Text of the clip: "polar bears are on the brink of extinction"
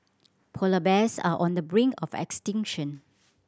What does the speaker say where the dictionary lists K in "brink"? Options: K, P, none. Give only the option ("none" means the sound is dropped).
none